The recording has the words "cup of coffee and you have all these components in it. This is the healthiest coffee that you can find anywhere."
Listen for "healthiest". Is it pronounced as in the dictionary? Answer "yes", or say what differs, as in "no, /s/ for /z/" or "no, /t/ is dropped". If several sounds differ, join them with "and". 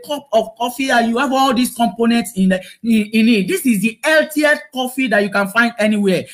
no, /t/ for /θ/